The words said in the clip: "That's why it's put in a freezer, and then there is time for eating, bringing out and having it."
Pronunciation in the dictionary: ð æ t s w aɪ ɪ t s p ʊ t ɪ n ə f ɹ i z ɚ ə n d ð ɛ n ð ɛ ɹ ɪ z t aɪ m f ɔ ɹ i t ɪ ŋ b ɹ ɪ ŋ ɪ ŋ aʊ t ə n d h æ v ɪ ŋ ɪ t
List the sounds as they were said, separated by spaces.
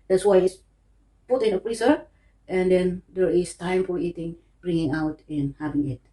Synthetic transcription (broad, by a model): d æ t s w aɪ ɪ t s p ʊ t ɪ n ə p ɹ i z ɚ ə n d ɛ n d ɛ ɹ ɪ s t aɪ m f ɔ ɹ i t ɪ ŋ b ɹ ɪ ŋ ɪ ŋ aʊ t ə n h æ v ɪ ŋ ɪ t